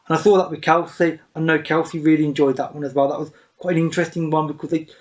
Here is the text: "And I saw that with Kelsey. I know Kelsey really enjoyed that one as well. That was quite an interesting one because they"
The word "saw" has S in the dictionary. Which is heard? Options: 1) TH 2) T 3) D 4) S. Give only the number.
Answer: 1